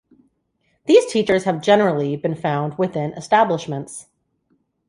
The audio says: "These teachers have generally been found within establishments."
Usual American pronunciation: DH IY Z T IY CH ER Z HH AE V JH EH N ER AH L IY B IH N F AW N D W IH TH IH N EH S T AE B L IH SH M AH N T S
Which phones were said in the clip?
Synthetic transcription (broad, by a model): DH IY Z T IY CH ER Z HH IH V JH EH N ER L IY B IH N F AW N D W IH TH IH N EH S T AE B L IH SH M AH N T S